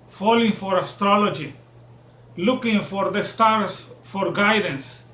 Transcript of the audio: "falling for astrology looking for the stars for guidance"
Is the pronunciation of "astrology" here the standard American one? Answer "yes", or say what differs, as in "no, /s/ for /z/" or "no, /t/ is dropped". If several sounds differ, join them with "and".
yes